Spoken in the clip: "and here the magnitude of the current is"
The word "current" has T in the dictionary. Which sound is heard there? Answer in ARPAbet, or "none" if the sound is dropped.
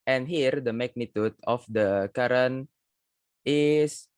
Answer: none